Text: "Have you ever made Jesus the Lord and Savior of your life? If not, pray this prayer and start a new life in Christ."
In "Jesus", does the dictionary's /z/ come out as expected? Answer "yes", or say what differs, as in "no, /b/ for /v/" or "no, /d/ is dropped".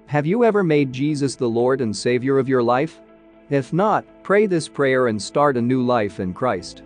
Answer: yes